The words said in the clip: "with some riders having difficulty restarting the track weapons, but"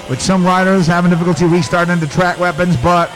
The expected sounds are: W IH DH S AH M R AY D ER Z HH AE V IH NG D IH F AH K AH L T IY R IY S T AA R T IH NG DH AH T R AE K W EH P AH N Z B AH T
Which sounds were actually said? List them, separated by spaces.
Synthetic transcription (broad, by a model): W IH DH S AH M R AY D ER Z HH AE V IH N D IH F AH K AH L T IY W IY S T AA R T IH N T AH T R AE K W EH P AH N Z B AH T